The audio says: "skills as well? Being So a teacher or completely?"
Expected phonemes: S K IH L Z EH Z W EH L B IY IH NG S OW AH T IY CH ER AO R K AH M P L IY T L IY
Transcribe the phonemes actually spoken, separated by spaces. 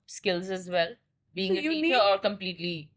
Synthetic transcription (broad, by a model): S K IH L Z EH Z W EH L B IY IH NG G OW AH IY ER AO R K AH M P L IY T L IY